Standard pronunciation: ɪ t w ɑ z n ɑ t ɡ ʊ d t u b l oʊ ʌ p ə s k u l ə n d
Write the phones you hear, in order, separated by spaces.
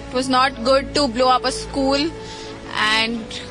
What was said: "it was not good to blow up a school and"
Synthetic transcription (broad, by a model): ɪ t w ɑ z n ɑ t ɡ ʊ d t u b l oʊ ʌ p ə s k u l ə n d